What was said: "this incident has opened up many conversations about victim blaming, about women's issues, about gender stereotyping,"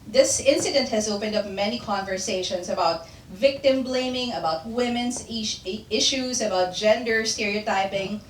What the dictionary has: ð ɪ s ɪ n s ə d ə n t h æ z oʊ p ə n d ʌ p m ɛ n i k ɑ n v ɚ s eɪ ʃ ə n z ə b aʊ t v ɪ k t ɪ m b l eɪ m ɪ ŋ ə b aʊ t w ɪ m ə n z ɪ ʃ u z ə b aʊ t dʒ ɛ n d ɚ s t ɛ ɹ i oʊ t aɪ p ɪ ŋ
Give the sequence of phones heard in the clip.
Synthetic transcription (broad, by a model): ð ɪ s ɪ n s ə d ə n t h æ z oʊ p ə n d ʌ p m ɛ n i k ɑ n v ɚ s eɪ ʃ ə n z ə b aʊ t v ɪ k t ɪ m b l eɪ m ɪ ŋ ə b aʊ t w ɪ m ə n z ɪ ʃ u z ə b aʊ t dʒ ɛ n d ɚ s t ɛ ɹ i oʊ t aɪ p ɪ ŋ